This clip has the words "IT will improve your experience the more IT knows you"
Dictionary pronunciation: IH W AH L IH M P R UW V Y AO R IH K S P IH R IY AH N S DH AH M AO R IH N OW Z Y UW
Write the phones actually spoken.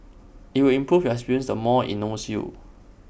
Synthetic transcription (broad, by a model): IH W AH L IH M P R UW F Y AO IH K S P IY R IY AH N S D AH M AO IH N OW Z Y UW